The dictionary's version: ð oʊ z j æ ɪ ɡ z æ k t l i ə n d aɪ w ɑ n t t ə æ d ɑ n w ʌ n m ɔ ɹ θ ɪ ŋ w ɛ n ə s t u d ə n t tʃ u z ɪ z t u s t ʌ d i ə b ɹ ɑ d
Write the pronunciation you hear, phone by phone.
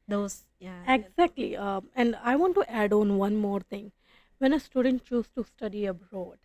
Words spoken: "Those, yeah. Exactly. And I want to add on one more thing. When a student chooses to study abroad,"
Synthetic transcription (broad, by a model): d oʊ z j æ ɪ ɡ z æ k t l i ə n d aɪ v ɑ n t t æ d ɑ n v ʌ n m ɔ ɹ t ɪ ŋ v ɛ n ə s t u d ə n t tʃ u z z t u s t ʌ d i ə b ɹ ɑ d